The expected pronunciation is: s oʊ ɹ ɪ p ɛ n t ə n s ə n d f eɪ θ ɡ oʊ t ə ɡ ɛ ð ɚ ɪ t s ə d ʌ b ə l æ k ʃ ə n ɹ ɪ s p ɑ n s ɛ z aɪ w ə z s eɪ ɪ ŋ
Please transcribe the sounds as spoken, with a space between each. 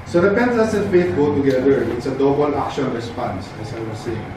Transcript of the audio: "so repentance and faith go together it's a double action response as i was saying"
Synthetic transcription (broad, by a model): s oʊ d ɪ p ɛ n s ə s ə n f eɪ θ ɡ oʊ t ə ɡ ɛ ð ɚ ɪ t s ə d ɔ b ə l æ k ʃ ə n ɹ ɪ s p ɑ n s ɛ s aɪ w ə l s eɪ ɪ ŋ